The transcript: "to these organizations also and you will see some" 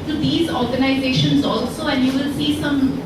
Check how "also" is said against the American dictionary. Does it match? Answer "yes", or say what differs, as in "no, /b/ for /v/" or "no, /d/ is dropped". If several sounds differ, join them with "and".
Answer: yes